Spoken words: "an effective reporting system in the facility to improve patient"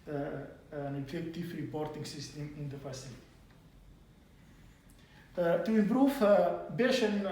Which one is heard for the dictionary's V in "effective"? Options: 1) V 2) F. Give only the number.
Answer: 2